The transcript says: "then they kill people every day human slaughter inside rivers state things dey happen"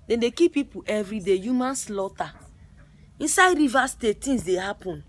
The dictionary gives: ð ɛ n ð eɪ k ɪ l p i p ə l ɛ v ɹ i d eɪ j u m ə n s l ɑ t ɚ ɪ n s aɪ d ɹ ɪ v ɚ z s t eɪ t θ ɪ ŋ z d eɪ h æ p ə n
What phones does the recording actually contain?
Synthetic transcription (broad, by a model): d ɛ n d eɪ k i p i p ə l ɛ v ɹ i d eɪ j u m ə n s l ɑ t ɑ ɪ n s aɪ d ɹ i v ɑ s t eɪ t t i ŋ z d eɪ h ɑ p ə n